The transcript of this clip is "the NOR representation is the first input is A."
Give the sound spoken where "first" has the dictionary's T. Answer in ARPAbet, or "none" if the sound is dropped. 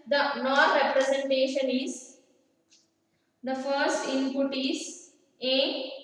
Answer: T